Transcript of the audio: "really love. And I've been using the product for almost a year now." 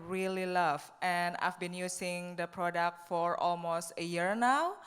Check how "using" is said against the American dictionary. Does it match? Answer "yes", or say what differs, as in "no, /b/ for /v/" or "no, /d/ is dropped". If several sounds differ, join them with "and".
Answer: no, /s/ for /z/